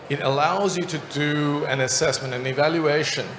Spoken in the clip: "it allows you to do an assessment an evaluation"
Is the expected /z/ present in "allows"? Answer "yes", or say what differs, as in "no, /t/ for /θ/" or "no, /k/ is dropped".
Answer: yes